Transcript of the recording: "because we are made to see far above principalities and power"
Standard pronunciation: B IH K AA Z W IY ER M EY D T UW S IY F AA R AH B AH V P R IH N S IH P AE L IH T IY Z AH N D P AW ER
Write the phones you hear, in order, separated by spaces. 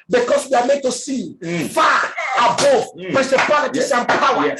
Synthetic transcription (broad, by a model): B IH K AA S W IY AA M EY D T UW S IY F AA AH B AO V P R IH S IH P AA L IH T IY S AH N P AW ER